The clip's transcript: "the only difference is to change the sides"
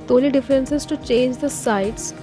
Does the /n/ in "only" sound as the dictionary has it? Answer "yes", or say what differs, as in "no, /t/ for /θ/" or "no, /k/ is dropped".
no, /n/ is dropped